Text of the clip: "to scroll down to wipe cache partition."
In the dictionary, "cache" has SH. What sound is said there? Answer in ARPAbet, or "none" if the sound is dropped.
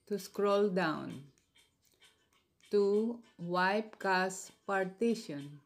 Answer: S